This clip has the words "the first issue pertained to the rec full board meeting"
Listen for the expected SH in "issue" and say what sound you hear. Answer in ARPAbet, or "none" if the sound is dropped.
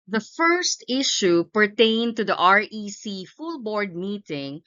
SH